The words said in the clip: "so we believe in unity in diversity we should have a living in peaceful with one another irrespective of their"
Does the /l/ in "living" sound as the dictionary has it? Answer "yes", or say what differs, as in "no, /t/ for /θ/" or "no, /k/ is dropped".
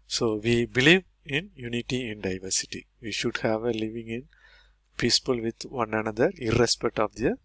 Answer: yes